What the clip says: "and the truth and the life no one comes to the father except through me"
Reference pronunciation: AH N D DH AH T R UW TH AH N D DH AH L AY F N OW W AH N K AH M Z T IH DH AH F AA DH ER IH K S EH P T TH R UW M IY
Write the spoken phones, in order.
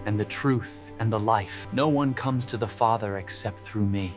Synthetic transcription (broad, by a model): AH N DH AH T R UW TH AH N DH AH L AY F N OW W AH N K AH M Z T IH DH AH F AA DH ER IH K S EH P T TH R UW M IY